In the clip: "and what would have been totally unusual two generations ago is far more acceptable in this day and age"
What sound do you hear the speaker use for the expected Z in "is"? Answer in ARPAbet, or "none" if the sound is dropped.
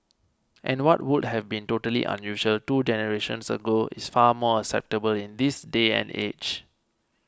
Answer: S